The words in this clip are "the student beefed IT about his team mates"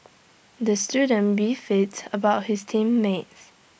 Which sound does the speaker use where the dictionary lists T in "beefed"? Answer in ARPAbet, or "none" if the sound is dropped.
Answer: none